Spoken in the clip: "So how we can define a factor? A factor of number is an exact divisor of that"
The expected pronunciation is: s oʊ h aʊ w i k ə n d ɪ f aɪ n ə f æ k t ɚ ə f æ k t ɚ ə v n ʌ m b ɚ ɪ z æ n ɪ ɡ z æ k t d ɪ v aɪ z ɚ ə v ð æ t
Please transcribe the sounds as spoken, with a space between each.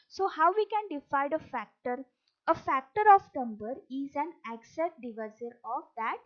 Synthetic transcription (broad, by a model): s oʊ h aʊ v i k ə n d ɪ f aɪ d ə f æ k t ɚ ə f æ k t ɚ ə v n ʌ m b ɚ ɪ z æ n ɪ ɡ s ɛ t d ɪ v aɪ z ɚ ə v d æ t